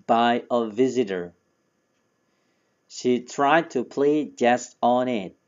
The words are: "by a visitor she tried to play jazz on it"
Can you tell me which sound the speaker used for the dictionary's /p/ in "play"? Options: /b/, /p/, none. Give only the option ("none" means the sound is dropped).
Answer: /p/